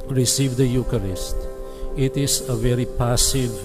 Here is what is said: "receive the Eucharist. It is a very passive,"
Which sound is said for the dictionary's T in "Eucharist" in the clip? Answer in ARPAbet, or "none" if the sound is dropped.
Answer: T